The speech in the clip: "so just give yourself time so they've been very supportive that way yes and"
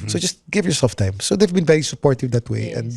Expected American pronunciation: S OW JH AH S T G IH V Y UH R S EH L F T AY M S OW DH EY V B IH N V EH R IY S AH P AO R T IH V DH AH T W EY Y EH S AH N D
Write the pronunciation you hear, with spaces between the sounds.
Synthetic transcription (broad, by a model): S OW JH AH S T G IH V Y UH R S EH L F T AY M S OW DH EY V B IH N V EH R IY S AH P AO R T IH V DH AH T W EY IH AH N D